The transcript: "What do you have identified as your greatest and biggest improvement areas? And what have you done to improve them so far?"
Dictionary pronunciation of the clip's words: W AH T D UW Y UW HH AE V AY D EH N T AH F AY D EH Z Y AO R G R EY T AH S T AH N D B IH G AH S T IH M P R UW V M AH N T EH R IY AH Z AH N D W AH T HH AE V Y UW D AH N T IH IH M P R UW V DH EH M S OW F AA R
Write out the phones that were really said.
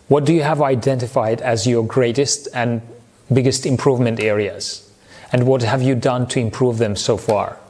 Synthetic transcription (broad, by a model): W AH T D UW Y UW HH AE V AY D EH N T AH F AY D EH Z Y AO R G R EY T AH S T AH N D B IH G AH S T IH M P R UW V M AH N T EH R IY AH Z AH N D W AH T HH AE V Y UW D AH N T IH IH M P R UW V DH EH M S OW F AA R